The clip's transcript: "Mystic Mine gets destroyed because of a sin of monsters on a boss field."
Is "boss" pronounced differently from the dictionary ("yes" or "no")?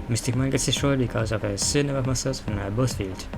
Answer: yes